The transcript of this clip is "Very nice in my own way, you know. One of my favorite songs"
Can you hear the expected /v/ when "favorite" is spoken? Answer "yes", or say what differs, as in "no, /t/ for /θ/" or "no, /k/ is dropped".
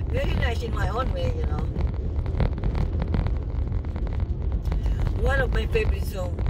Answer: no, /b/ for /v/